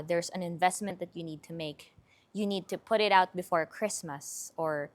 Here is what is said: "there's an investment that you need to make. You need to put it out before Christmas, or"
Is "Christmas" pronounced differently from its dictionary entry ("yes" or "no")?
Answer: no